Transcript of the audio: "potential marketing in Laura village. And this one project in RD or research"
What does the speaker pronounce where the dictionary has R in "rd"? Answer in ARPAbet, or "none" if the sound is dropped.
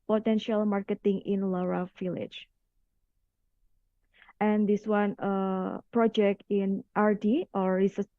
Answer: R